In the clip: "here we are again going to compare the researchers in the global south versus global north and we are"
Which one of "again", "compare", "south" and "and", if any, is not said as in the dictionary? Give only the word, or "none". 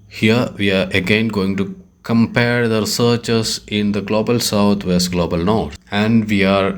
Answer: south